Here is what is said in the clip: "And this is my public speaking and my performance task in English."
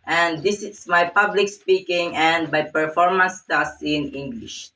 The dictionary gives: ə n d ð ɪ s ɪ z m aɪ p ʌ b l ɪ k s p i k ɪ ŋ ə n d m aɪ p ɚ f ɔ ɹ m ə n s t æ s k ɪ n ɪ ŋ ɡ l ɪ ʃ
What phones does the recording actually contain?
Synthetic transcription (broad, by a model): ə n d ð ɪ s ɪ s m aɪ p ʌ b l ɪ k s p i k ɪ ŋ ə n d m aɪ p ɚ f ɔ ɹ m ə n s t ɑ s ɪ n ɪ ŋ ɡ l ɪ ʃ